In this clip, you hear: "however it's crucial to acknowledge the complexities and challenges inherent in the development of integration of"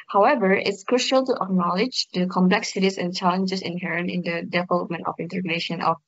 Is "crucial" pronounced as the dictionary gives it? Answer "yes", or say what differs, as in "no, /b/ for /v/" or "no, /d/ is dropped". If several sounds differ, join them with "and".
yes